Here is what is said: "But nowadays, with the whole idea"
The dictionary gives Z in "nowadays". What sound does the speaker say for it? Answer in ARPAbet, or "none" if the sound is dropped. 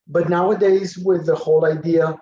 Z